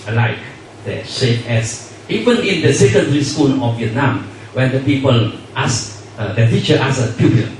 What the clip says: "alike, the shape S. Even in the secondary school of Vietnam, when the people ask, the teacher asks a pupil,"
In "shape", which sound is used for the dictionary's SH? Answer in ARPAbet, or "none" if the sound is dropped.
S